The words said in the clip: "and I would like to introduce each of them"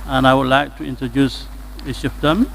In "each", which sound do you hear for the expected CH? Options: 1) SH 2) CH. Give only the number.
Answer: 1